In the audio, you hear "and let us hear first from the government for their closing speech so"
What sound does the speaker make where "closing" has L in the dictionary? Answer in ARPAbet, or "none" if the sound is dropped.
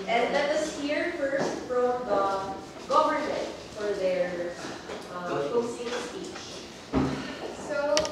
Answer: none